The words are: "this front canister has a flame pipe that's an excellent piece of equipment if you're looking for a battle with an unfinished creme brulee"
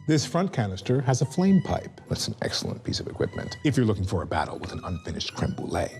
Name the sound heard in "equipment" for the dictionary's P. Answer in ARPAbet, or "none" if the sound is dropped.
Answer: P